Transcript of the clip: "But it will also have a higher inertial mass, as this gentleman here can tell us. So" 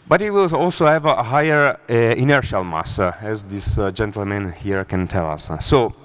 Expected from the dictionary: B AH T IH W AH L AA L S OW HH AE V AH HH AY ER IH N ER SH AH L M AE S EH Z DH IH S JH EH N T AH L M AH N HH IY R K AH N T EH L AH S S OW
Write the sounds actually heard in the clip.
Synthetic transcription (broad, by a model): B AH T IH W AH L AA L S OW HH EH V AH HH AY ER IH N ER SH AH L M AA S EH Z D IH S JH EH N T AH L M AH N HH IY R K AH N T EH L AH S S OW